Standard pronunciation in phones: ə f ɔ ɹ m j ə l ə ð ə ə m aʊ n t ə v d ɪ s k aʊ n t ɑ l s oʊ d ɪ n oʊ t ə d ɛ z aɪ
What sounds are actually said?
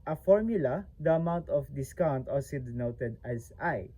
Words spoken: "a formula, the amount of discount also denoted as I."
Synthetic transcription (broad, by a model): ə f ɔ ɹ m j ə l ə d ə ə m aʊ n t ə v d ɪ s k aʊ n t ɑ s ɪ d n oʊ t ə d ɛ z aɪ